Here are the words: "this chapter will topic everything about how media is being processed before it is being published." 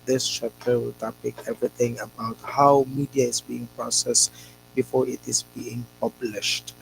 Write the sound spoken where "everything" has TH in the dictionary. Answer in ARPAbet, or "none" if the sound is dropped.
T